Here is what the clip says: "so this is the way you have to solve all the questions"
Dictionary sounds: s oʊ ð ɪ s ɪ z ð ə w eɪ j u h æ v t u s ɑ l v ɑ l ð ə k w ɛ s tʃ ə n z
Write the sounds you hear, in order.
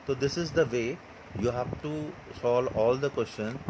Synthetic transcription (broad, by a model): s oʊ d ɪ s ɪ z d ə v eɪ j u h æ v t u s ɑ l ɑ l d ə k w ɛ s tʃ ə n